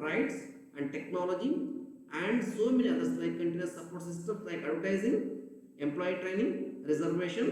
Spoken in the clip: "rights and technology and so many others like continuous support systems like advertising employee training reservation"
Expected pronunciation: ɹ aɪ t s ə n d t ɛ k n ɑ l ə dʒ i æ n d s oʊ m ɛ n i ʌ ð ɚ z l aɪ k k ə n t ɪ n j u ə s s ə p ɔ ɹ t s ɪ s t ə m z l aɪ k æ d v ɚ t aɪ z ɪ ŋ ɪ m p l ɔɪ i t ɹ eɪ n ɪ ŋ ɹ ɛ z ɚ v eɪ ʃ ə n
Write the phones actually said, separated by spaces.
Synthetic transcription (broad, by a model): ɹ aɪ t s ə n d t ɛ k n ɑ l ə dʒ i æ n d s oʊ m ɛ n i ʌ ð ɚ s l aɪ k k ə n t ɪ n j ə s s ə p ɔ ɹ t s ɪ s s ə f l aɪ k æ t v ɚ t aɪ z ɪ ŋ ɪ m p l ɔɪ i t ɹ eɪ n ɪ ŋ ɹ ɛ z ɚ v eɪ ʃ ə n